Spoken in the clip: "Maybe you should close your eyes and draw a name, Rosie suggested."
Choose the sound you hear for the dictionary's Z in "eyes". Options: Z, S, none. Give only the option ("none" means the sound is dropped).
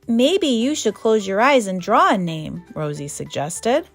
Z